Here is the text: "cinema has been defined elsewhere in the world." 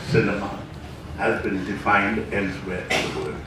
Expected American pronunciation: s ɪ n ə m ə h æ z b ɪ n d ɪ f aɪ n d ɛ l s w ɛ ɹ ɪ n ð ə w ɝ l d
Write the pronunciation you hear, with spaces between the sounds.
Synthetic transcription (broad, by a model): s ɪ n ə m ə h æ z b ɪ n d ɪ f aɪ n d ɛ n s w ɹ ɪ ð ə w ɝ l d